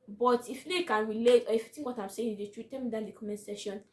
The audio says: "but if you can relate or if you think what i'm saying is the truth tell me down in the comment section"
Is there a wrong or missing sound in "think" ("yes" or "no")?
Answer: yes